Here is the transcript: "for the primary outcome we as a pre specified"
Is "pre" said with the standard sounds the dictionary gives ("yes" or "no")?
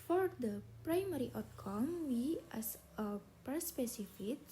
no